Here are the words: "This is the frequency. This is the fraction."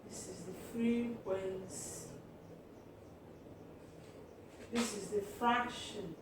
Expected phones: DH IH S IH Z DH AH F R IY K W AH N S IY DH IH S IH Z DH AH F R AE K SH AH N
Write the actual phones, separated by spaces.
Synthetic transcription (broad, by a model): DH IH S IH Z DH AH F R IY W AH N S DH IH S IH Z DH AH F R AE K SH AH N